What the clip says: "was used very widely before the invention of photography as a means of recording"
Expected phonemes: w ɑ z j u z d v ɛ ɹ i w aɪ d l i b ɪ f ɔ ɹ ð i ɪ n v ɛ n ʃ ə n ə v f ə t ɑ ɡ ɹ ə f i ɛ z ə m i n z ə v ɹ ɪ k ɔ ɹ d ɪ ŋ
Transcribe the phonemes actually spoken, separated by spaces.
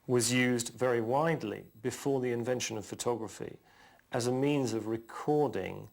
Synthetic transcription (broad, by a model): w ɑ z j u z d v ɛ ɹ i w aɪ d l i b ɪ f ɔ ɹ ð i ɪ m v ɛ n ʃ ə n ə v f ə t ɑ ɡ ɹ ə f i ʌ z ə m i n z ə v ɹ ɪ k ɔ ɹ d ɪ ŋ